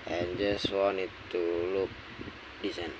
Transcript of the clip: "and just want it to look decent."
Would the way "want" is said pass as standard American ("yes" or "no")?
no